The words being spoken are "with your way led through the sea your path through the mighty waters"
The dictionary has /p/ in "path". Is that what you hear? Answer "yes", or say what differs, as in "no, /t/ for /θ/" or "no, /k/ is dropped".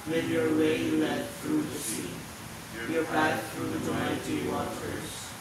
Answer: no, /b/ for /p/